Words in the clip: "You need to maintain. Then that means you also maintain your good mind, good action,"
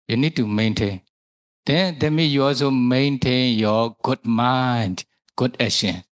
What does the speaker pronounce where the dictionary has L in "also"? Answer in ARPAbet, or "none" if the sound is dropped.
L